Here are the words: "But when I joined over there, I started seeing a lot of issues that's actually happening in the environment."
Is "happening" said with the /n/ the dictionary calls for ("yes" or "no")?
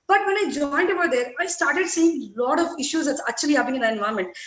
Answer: no